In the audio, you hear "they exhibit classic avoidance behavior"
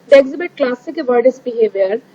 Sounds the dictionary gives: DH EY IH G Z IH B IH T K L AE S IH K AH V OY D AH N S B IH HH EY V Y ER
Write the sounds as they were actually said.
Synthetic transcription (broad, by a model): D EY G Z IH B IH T K L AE S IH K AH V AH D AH S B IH HH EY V Y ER